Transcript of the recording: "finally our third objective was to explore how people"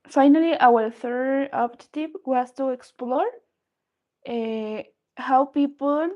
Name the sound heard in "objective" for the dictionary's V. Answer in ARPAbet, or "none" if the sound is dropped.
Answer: P